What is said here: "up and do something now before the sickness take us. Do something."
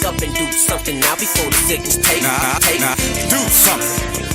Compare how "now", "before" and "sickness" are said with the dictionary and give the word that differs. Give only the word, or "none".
sickness